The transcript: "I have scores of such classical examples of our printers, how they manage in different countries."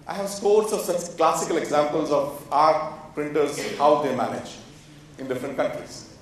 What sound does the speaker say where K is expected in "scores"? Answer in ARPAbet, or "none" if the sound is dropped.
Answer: none